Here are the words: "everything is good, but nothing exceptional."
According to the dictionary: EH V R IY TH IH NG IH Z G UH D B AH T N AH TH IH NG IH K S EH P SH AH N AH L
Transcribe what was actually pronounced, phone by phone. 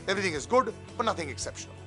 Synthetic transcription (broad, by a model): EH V R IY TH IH NG IH Z G UH D B AH T N AH TH IH NG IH K S EH P SH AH N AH L